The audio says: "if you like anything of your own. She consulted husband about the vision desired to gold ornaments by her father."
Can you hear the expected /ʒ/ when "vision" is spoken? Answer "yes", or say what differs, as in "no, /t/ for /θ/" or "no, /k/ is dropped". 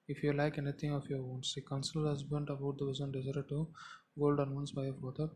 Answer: no, /z/ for /ʒ/